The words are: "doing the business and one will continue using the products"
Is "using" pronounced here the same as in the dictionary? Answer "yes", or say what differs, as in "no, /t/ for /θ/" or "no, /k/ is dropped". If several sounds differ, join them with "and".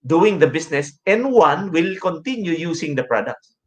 no, /s/ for /z/